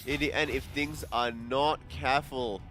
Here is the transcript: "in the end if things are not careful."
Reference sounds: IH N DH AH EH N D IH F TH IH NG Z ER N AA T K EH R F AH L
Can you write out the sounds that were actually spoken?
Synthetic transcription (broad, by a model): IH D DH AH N IH F TH IH NG Z ER N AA T K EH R F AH L